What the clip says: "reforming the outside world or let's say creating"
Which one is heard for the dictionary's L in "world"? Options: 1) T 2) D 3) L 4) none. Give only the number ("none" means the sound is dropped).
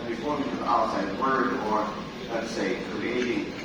4